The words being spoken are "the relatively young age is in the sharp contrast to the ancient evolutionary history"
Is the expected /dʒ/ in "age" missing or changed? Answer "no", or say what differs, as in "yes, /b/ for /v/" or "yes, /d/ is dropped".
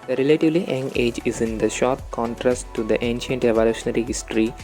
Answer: no